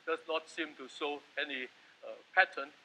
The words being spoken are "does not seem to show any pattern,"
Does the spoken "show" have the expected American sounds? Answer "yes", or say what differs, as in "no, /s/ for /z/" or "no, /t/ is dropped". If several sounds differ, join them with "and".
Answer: no, /s/ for /ʃ/